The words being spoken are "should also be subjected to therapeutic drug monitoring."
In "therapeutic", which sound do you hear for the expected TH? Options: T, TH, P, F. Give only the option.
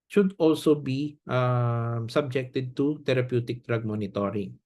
T